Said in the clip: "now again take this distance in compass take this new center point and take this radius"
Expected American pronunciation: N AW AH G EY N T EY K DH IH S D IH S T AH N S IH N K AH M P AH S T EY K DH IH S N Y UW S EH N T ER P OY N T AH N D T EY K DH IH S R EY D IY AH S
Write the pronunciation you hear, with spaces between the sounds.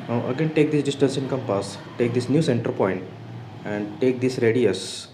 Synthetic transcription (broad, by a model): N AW AH G EY N T EY K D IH S D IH S T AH N S IH N K AH M P AH S T EY K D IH S N Y UW S EH N T ER P OY N T AH N D T EY K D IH S R EY D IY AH S